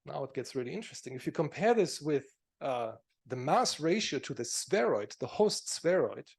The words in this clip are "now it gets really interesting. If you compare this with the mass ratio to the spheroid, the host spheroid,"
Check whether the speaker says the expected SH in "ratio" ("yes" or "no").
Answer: yes